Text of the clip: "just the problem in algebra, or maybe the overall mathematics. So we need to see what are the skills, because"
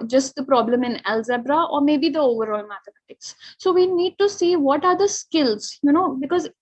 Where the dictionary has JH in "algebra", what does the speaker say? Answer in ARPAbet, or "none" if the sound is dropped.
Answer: Z